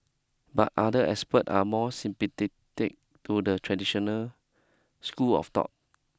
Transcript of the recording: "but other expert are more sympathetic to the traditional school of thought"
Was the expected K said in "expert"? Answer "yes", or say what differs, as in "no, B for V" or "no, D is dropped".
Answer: no, K is dropped